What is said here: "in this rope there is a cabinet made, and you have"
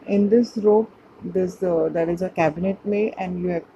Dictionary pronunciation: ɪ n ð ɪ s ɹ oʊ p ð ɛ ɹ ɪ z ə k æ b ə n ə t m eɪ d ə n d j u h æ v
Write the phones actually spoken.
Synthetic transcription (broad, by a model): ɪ n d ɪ s ɹ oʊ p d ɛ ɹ ɪ z ə k æ b ə n ə t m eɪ ə n d j u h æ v